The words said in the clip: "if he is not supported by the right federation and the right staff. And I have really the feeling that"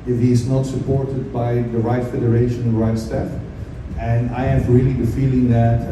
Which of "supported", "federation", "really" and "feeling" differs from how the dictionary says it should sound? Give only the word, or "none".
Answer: federation